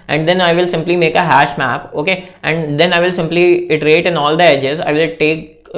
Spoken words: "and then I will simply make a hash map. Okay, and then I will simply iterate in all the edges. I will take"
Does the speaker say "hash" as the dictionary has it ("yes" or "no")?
yes